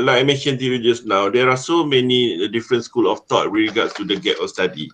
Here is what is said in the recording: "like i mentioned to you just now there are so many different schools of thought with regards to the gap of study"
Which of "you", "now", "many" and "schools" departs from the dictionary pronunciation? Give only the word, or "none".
schools